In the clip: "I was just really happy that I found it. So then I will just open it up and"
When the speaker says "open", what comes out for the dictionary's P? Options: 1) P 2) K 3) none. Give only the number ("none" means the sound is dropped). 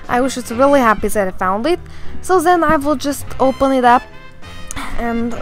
1